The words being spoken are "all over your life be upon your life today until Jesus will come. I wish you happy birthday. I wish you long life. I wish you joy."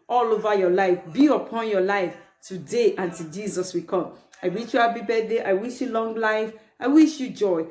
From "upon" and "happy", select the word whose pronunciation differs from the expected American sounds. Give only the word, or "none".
happy